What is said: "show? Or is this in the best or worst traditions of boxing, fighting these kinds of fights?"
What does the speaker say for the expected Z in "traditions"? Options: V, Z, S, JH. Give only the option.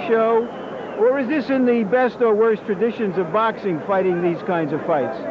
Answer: Z